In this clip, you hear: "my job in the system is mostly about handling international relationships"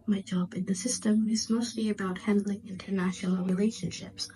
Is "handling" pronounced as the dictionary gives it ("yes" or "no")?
yes